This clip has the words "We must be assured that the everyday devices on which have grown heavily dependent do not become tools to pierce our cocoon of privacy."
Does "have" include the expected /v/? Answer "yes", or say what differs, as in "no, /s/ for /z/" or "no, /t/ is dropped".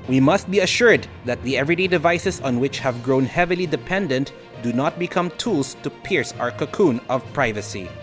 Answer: yes